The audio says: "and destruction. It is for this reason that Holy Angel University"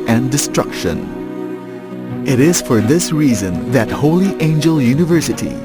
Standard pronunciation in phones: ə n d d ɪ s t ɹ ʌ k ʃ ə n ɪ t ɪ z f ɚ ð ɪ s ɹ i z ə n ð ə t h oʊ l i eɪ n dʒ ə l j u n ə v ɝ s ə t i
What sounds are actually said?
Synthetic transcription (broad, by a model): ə n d d ɪ s t ɹ ʌ k ʃ ə n ɪ t ɪ z f ɚ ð ɪ s ɹ i z ə n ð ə t h oʊ l i eɪ n dʒ ə l j u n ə v ɝ s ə t i